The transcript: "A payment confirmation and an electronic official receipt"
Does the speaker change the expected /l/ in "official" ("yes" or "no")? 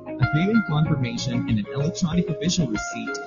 yes